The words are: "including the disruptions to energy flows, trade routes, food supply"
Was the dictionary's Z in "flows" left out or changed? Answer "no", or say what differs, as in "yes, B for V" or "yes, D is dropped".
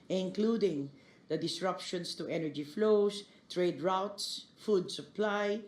yes, S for Z